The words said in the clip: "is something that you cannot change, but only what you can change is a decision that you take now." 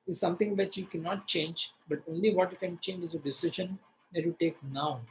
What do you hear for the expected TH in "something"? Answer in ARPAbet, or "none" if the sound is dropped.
T